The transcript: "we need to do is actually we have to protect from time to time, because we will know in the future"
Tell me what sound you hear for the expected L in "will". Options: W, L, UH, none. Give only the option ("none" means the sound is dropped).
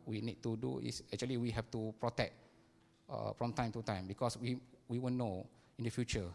W